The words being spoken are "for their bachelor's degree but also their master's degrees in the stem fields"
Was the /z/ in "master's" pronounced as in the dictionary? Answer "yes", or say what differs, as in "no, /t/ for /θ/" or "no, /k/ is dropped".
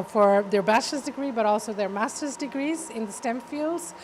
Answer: yes